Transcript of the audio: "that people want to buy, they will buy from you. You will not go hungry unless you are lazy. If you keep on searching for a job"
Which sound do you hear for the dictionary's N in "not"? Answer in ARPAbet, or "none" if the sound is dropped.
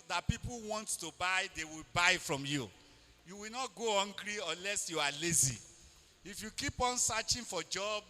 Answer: N